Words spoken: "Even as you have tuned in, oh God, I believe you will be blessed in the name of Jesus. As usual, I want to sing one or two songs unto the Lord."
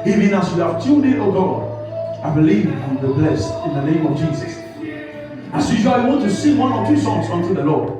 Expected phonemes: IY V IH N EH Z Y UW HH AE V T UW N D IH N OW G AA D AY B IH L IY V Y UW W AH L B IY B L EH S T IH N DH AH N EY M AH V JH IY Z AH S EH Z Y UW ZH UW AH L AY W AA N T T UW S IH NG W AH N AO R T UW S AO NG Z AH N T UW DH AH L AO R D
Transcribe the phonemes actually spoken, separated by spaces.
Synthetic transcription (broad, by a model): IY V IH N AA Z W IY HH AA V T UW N IH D OW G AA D AY B IH L IY V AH N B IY B L EH S T IH N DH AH N EY M AH V JH IY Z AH S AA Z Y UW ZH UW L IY W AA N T T UW S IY W AH N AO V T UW S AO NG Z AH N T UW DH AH L AO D